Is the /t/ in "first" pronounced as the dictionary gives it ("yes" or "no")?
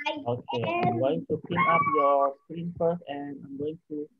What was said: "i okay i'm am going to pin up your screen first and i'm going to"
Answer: no